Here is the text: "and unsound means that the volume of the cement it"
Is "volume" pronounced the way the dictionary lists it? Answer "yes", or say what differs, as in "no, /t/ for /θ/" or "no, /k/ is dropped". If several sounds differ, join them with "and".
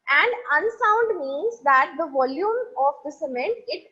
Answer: yes